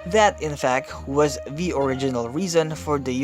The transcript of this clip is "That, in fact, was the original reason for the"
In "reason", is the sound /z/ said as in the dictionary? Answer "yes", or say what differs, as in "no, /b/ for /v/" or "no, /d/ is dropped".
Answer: yes